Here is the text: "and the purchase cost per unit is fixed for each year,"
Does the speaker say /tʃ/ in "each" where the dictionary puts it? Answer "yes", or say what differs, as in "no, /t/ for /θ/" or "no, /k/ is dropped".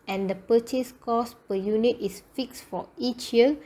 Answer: yes